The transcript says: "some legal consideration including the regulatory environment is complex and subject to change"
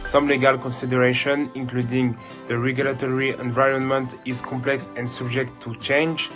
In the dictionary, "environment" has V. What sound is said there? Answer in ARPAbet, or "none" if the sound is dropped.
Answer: V